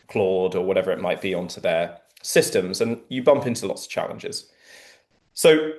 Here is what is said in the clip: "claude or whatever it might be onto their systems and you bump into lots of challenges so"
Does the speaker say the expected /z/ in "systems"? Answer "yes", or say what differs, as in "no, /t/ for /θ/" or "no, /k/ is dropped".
yes